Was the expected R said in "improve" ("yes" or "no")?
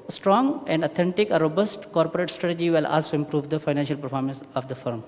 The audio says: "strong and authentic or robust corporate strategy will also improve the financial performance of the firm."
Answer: yes